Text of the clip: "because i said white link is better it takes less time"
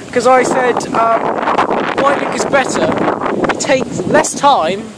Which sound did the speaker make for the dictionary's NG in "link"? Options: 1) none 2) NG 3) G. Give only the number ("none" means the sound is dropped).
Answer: 1